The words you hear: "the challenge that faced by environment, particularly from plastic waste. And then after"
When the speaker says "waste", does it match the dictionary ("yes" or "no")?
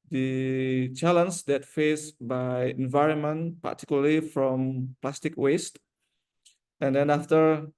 yes